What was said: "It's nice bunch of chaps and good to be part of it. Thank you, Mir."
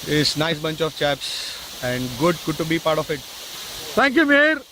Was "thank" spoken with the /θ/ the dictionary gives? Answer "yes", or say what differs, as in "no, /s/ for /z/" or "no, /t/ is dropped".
no, /t/ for /θ/